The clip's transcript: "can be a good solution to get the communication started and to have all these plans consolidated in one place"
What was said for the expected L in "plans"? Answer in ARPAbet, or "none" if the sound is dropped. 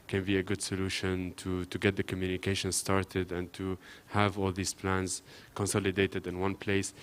L